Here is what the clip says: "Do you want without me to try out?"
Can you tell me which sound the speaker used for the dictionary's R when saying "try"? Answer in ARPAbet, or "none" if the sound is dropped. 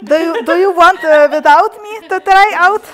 R